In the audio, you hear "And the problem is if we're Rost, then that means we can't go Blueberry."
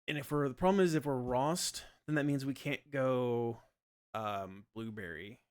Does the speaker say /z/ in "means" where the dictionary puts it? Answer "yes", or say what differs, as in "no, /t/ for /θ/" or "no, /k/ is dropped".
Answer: yes